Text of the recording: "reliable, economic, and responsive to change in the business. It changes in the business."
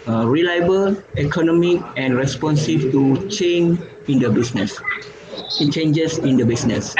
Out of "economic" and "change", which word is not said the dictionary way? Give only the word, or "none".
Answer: change